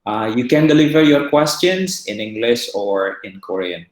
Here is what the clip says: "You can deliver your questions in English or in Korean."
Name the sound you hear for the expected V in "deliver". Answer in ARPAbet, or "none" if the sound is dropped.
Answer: V